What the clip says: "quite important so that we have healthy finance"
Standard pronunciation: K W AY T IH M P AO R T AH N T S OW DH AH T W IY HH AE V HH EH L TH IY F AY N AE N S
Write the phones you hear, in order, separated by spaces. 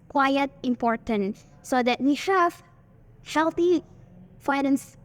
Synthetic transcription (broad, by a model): K W AY T IH M P AO R T AH N T S OW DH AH T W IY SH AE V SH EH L T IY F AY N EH N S